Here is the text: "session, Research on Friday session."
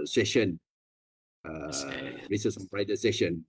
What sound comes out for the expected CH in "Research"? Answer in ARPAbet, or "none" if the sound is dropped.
S